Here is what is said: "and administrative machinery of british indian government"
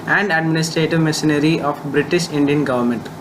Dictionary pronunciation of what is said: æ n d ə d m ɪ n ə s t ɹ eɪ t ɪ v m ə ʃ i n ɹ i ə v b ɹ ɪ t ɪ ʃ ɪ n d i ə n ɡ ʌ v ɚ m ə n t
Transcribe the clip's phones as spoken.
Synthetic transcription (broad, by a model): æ n d ə d m ɪ n ə s t ɹ eɪ t ɪ v m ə s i n ɹ i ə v b ɹ ɪ t ɪ ʃ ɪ n d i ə n ɡ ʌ v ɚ m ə n t